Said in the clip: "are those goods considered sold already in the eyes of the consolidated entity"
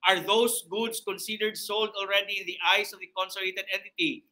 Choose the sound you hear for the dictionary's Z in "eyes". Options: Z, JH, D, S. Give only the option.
S